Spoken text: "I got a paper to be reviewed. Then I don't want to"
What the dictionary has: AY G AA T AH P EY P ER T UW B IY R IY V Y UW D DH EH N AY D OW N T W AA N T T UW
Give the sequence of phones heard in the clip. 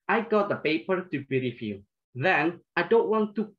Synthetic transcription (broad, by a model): AY G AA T AH P EY P ER T UW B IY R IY F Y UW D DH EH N AY D OW N T W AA N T T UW